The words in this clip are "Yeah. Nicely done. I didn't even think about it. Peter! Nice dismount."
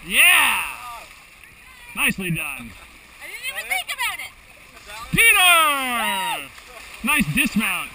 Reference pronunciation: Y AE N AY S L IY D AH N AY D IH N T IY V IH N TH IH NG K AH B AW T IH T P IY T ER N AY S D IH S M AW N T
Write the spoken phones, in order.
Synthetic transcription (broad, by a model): Y AE N AY S L IY D AH N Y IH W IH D TH IH NG K AH B AW T IH T P IY T ER N AY S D IH S M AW N T